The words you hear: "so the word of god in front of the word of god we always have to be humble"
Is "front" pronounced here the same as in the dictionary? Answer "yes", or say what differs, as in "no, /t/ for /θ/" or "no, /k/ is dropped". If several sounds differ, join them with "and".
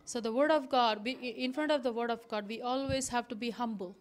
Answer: yes